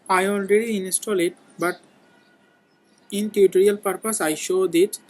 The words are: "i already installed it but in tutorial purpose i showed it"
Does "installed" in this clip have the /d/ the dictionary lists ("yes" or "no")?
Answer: no